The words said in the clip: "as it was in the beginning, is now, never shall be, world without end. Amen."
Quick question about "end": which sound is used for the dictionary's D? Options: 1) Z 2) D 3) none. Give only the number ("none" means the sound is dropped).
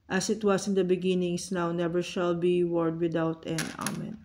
3